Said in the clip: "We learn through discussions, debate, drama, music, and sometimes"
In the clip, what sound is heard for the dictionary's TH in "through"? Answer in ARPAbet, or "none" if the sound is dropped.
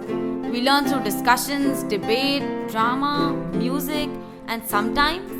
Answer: T